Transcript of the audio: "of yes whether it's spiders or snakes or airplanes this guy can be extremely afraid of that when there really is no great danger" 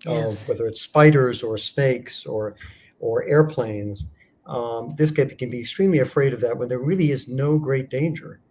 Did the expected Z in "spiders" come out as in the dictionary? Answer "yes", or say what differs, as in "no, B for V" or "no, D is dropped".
yes